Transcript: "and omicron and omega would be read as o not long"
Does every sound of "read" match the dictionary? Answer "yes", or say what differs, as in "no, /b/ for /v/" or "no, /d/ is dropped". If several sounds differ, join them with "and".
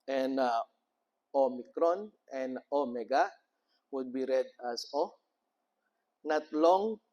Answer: yes